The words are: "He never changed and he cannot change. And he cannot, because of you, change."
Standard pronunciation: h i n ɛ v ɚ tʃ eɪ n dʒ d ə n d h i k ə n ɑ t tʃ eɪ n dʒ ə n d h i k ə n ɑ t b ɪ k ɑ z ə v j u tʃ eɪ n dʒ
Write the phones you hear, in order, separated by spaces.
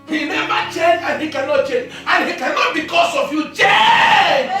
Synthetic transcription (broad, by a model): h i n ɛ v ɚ tʃ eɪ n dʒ ə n h i k ə n ɑ t tʃ eɪ n dʒ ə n h i k ə n ɑ t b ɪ k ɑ s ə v j u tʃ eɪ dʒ